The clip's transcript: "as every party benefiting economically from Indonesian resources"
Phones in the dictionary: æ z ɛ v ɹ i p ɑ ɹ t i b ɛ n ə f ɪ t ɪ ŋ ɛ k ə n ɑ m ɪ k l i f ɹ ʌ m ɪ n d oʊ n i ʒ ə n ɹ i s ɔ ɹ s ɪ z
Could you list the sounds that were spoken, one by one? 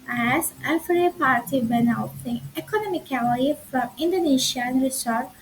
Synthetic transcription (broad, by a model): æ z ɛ f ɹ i p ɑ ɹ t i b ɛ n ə ɪ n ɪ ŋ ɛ k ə n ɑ m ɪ k l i f ɹ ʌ m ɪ n d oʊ n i ʃ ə n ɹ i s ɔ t